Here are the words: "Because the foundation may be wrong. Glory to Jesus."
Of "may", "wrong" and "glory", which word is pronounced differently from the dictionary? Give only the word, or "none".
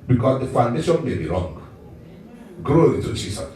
glory